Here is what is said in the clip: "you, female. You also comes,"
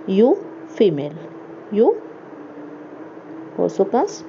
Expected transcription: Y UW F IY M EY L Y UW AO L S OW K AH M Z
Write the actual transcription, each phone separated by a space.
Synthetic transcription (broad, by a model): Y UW F IY M EY L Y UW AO S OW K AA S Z